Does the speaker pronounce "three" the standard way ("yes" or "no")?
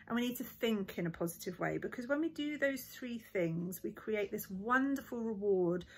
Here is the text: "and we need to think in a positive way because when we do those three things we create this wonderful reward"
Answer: yes